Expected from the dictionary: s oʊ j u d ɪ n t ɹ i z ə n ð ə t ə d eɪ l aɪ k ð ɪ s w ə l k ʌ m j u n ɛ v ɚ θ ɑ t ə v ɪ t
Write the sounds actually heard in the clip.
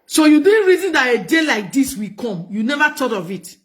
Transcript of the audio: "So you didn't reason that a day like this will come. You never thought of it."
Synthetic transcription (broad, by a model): s oʊ j u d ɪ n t ɹ i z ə n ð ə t ə d eɪ l aɪ k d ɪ s w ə k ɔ m j u n ɛ v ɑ t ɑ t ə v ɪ t